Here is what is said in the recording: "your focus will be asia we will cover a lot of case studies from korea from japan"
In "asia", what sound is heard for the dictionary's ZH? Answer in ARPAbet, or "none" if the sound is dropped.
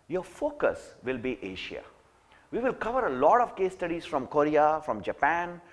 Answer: SH